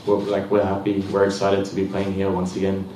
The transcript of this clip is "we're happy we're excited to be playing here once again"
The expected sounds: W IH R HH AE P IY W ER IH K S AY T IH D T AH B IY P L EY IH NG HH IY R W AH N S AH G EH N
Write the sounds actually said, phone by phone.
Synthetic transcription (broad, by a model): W IH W HH AE P IY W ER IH S AY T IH D T AH B IY P L EY IH NG HH IY R W AH N S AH G EH N